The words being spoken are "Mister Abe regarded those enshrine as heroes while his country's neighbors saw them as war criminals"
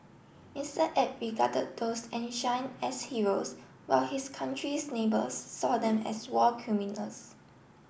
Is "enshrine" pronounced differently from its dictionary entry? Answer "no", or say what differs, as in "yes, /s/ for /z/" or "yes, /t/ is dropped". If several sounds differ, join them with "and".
yes, /ɹ/ is dropped